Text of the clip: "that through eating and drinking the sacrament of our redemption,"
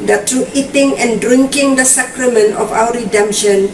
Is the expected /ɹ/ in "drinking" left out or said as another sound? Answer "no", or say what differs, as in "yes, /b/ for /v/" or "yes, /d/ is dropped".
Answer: no